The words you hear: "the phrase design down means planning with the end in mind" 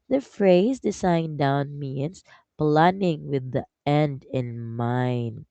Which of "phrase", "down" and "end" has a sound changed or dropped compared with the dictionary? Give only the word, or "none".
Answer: none